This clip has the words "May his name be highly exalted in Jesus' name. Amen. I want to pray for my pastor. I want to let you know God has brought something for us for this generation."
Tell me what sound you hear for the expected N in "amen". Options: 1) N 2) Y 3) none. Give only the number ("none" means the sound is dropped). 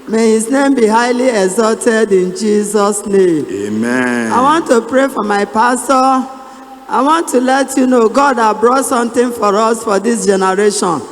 3